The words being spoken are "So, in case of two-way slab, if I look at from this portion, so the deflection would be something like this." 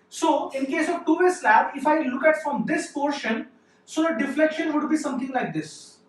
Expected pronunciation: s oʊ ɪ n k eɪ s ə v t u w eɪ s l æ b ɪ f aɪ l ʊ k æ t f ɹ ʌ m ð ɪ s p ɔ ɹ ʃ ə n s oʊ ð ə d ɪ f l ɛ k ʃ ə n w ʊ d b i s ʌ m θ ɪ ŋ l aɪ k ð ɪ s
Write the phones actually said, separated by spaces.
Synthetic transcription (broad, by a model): s oʊ ɪ n k eɪ s ə v t u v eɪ s l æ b ɪ f aɪ l ʊ k æ t f ɹ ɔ m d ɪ s p ɔ ɹ ʃ ə n s oʊ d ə d ɪ f l ɛ k ʃ ə n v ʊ d b i s ʌ m t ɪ ŋ l aɪ k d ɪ s